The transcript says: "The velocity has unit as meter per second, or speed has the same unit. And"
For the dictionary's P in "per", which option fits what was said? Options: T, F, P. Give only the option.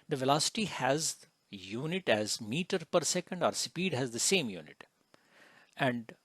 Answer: P